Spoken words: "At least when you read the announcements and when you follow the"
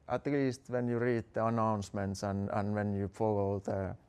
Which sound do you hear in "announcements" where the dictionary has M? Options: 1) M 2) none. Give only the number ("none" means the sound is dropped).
1